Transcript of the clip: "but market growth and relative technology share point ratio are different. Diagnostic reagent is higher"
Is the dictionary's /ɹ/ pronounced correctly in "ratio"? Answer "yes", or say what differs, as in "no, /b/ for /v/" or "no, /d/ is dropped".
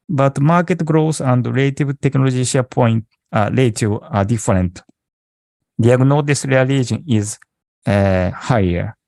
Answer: no, /l/ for /ɹ/